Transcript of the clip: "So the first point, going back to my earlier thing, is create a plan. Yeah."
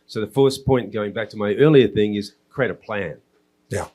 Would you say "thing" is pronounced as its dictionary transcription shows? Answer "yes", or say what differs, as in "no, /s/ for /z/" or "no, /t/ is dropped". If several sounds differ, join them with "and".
yes